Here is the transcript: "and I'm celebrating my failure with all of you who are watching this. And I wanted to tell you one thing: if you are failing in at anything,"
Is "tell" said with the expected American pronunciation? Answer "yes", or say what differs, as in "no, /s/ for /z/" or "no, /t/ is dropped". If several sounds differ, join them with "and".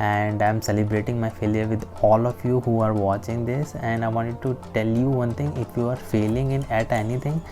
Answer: yes